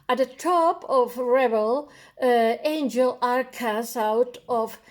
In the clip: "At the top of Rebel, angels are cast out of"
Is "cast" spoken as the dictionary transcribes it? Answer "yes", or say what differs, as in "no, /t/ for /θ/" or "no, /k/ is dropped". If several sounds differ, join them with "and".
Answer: no, /t/ is dropped